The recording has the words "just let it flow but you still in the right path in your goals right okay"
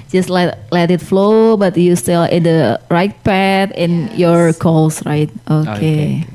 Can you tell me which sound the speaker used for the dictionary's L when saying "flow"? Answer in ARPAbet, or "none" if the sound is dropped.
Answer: L